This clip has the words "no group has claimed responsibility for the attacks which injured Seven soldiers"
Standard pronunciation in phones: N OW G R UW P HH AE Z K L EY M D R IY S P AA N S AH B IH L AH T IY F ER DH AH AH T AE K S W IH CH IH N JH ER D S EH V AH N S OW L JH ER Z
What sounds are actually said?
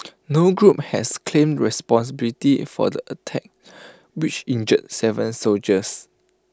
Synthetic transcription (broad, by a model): N OW G R UW P HH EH S K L EY M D R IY S P AA N S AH B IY L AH T IY F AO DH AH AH T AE K W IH CH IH N JH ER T S EH V AH N S OW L JH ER S